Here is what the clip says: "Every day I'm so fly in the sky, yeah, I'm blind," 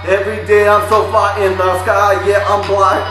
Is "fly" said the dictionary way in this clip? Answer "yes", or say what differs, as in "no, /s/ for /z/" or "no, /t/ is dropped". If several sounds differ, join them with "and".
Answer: no, /l/ is dropped